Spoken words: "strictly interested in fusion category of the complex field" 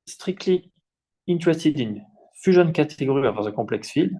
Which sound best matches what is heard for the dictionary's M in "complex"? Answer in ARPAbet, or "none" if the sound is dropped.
none